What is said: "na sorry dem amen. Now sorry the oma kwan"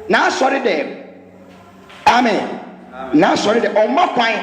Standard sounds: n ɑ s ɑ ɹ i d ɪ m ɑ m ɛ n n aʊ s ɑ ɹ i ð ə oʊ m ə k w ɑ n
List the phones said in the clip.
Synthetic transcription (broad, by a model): n ɑ s ɑ ɹ i d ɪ ɑ m ɛ n n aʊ s ɑ ɹ i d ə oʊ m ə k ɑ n